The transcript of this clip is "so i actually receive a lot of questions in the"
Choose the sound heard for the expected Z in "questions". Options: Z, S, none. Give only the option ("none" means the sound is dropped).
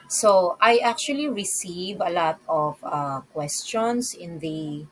S